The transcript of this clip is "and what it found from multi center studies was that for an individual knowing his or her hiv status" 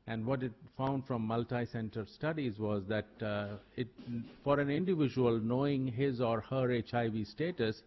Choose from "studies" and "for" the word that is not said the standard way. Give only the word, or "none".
none